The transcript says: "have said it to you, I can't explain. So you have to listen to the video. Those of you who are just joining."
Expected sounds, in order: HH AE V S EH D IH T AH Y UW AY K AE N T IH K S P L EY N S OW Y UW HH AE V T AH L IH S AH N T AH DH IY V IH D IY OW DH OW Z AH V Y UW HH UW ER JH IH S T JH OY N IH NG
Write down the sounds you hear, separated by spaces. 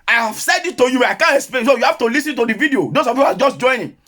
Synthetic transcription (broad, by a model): HH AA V S EH D IH T AH Y UW AY K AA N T IH K S P L EY N S OW Y UW HH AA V T AH L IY S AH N T AH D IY V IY D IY OW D OW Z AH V Y UW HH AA JH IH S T JH OY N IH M